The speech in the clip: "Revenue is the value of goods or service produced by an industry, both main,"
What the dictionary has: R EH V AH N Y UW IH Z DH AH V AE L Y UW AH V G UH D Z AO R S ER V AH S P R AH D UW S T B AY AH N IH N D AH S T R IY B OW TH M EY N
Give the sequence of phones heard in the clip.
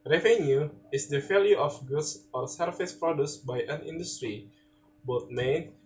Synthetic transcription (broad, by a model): R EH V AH N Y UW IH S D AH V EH L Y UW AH F G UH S AO R S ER F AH S P R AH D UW S B AY AH N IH N D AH S T R IY B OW T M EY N